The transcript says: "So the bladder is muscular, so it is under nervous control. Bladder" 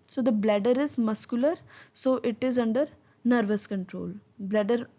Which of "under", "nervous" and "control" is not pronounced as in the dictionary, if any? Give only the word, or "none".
none